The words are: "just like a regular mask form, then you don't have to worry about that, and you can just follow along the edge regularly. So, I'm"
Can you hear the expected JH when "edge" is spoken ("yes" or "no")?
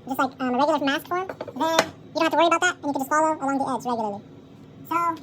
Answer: no